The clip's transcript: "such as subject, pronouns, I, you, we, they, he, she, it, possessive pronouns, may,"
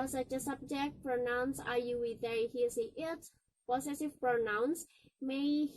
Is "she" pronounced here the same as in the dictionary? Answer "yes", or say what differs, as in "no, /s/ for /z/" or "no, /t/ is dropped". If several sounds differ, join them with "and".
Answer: no, /s/ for /ʃ/